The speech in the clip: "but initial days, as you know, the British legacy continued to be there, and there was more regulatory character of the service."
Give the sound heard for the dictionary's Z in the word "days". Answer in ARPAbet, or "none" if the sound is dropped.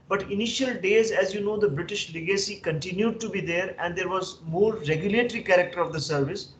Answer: Z